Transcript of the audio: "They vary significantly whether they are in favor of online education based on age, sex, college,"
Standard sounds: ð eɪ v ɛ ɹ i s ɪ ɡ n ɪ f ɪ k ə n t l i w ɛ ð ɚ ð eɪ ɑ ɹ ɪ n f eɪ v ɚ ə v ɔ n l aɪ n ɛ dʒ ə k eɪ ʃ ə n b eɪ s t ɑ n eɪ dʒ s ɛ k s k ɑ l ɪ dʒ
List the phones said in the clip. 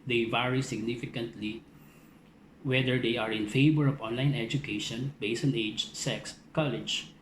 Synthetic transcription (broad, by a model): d eɪ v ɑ ɹ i s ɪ ɡ n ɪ f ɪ k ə n t l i w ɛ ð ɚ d eɪ ɑ ɹ ɪ n f eɪ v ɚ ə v ɔ n l aɪ n ɛ dʒ ə k eɪ ʃ ə n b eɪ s ɑ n eɪ dʒ s ɛ k s k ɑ l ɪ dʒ